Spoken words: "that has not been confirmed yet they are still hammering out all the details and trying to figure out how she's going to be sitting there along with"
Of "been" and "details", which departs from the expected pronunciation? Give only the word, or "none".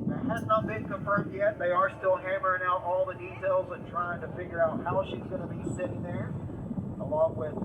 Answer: none